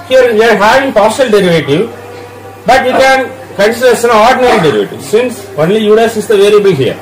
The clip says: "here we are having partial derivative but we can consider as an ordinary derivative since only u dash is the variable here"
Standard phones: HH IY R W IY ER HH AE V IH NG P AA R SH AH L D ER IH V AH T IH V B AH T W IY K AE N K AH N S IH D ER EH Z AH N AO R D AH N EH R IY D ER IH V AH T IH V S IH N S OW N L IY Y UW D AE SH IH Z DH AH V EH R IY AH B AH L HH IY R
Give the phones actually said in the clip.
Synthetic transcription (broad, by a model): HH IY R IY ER HH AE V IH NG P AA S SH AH L D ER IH V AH T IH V B AH T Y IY K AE N K AH N S IH D ER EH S AH N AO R D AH N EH R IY D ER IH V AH T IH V S IH N S OW N L IY Y UW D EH S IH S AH V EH L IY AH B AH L HH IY R